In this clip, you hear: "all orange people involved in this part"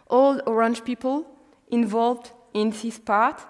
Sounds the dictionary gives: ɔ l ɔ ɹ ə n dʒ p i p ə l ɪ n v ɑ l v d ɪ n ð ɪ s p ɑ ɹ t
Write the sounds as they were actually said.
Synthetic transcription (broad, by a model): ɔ l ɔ ɹ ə n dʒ p i p ə l ɪ n v ɑ l v d ɪ n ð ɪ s p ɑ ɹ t